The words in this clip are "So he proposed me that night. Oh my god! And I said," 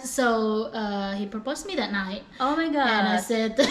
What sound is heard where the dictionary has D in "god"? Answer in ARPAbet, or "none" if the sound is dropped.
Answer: none